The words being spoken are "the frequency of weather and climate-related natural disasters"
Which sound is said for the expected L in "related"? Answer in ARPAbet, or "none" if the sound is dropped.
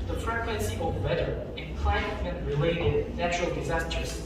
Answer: L